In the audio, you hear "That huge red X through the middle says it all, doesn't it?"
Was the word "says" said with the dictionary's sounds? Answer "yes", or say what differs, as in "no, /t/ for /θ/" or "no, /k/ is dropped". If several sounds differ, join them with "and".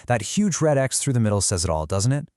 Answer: yes